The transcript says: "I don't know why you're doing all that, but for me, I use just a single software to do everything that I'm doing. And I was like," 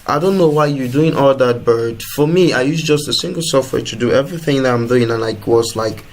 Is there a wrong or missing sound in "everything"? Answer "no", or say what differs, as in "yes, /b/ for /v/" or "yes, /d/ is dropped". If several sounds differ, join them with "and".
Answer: no